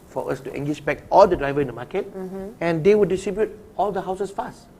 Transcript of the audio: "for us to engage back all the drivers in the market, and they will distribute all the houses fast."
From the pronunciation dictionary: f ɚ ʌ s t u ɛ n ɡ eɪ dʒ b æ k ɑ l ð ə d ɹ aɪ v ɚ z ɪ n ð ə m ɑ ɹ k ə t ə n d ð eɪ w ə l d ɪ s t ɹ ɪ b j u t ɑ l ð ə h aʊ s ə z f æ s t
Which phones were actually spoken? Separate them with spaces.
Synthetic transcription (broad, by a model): f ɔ ʌ s t u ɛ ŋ ɡ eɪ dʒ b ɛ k ɑ l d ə d ɹ aɪ v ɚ ɪ n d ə m ɑ k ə t ə n d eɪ w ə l d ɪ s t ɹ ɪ b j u t ɑ l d ə h aʊ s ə s f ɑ s t